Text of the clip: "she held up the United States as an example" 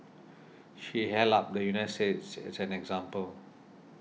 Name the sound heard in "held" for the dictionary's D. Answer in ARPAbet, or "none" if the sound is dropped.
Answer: none